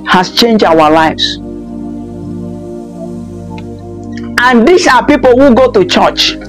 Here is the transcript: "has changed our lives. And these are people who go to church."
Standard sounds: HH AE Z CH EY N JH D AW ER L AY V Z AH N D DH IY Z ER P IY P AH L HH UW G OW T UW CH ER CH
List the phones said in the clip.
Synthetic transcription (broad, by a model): HH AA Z CH EY N JH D AW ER L AY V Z AH N D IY S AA P IY P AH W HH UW G OW T UW CH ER CH